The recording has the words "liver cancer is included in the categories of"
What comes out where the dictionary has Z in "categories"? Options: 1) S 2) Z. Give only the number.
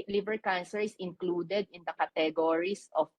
1